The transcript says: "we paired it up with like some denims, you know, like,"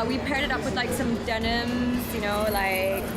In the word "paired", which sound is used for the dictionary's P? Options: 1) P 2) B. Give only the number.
1